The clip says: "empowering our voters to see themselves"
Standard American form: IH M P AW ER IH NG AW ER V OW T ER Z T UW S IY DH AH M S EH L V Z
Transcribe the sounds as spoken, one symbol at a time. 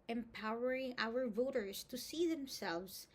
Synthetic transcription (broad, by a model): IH M P AW ER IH NG AW ER V OW T ER Z T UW S IY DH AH M S EH L V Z